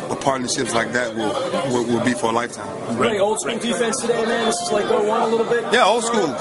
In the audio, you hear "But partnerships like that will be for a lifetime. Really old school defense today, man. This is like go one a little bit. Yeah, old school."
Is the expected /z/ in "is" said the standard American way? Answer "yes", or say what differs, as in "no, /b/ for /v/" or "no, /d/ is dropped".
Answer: no, /s/ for /z/